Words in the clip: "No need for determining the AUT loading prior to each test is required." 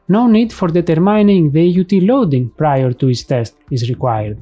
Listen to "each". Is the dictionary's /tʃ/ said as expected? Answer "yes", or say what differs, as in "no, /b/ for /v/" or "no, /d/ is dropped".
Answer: no, /s/ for /tʃ/